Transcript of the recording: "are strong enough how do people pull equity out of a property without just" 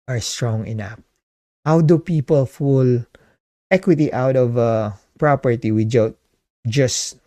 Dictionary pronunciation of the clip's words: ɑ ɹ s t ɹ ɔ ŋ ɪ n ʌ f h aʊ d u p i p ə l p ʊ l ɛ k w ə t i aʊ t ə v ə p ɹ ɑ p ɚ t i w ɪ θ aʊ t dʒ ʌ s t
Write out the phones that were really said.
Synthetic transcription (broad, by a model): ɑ ɹ s t ɹ ɔ ŋ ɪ n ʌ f h aʊ d u p i p ə l f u l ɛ k w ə t i aʊ t ə v ə p ɹ ɑ p ɚ t i w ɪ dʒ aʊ t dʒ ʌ s